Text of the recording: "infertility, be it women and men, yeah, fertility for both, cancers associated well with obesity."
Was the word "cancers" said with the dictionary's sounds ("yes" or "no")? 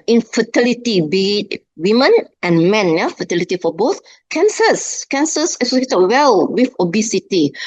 no